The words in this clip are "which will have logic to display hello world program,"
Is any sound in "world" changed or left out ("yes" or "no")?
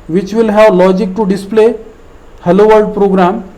yes